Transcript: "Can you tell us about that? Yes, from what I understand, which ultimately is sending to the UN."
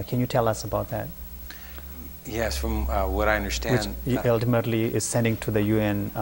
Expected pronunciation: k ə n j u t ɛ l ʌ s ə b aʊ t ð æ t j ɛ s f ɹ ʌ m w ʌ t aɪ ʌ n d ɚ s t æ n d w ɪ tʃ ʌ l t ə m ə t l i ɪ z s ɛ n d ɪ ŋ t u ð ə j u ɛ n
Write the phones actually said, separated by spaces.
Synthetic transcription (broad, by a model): k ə n j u t ɛ l ʌ s ə b aʊ t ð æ t j ɛ s f ɹ ʌ m w ʌ t aɪ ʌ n d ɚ s t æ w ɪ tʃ ʌ l t ə m ə t l i ɪ z s ɛ n d ɪ ŋ t u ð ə j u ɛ n